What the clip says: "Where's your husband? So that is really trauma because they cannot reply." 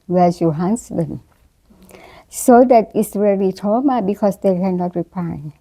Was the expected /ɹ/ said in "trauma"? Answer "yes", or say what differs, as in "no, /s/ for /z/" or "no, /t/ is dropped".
no, /ɹ/ is dropped